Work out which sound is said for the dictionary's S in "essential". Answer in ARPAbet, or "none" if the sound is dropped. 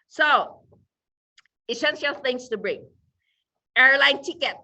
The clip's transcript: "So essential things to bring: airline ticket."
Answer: SH